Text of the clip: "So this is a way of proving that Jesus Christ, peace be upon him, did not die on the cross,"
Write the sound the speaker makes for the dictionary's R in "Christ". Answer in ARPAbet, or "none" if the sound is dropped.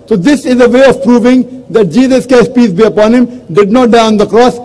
none